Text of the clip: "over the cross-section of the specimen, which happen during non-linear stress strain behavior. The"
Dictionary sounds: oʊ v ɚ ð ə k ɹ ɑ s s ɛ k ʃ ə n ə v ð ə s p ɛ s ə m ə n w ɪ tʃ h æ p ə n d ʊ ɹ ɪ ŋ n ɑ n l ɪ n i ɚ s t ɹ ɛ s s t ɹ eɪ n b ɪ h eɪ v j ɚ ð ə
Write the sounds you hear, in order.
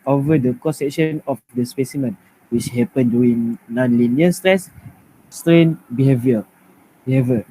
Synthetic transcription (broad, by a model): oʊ v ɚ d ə k ɑ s s ɛ k ʃ ə n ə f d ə s p ɛ s ə m ə n w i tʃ h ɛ p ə n d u ɪ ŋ n ɑ n l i n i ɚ s t ɹ ɛ s s t ɹ eɪ n b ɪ h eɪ v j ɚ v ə